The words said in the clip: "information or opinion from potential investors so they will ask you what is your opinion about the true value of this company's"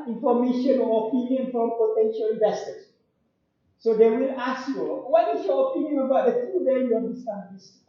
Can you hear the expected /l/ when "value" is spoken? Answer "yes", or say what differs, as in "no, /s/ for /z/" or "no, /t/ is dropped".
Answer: no, /l/ is dropped